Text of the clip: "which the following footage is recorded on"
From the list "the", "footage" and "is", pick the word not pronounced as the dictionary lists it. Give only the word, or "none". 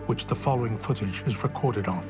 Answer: none